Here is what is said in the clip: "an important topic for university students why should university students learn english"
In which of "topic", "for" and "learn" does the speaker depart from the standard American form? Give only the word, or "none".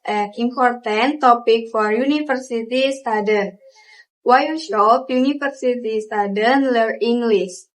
learn